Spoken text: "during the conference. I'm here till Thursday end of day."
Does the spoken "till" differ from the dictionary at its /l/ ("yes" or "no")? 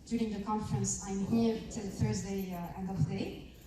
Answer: no